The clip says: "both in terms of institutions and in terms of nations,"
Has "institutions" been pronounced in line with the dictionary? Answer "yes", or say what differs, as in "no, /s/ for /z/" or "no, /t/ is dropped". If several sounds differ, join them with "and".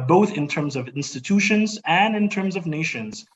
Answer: yes